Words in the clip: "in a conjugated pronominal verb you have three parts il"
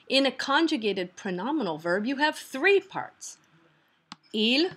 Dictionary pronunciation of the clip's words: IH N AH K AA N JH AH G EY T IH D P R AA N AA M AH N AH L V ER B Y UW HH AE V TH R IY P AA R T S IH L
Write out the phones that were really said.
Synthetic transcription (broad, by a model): IH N AH K AA N JH AH G EY T IH D P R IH N AA M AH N L V ER B Y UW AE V TH R IY P AA R T S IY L